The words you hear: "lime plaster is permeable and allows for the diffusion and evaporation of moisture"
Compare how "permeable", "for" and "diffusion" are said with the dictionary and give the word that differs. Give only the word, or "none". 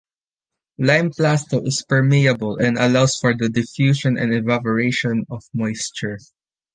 diffusion